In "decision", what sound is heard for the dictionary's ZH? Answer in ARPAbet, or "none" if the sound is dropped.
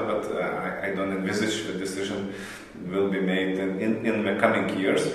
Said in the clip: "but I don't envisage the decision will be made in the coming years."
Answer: ZH